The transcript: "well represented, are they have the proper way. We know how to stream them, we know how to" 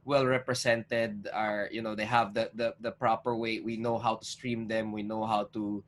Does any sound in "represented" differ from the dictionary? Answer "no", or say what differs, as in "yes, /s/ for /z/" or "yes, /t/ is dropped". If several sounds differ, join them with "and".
yes, /s/ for /z/